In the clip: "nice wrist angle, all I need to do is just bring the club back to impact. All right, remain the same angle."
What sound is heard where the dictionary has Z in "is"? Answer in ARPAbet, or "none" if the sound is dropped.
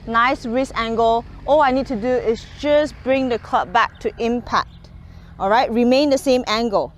S